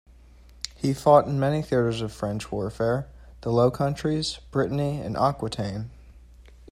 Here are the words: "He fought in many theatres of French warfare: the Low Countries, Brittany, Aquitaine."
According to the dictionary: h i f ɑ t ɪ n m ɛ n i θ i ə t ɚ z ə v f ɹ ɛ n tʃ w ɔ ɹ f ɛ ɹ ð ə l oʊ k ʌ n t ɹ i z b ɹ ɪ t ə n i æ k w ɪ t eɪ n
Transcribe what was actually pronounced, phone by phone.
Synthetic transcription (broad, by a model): h i f ɑ t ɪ n m ɛ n i θ i ə t ɚ z ə v f ɹ ɛ n tʃ w ɔ ɹ f ɛ ɹ ð ə l oʊ k ʌ n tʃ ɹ i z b ɹ ɪ t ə n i k w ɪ t eɪ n